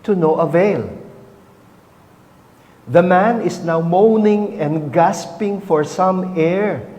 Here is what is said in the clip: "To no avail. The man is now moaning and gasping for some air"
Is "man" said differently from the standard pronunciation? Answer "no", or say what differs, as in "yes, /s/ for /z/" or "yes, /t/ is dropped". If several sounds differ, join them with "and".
no